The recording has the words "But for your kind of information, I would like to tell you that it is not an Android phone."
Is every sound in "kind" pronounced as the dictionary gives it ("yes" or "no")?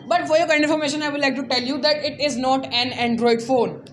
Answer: no